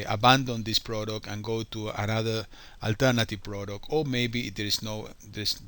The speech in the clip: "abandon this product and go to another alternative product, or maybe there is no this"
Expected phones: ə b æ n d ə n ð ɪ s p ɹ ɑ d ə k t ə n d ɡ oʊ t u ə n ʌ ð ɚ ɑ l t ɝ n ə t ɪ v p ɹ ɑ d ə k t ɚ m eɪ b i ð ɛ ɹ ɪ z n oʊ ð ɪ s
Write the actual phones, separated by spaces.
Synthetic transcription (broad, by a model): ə b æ n d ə n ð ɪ s p ɹ ɑ d ə k t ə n ɡ oʊ t u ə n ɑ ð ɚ ɑ l t ɝ n ə t ɪ v p ɹ ɑ d ə k t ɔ m eɪ b i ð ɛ ɹ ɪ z n oʊ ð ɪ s